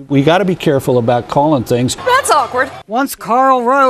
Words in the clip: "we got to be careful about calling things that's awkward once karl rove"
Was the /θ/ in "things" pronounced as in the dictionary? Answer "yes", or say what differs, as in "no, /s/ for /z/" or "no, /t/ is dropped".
yes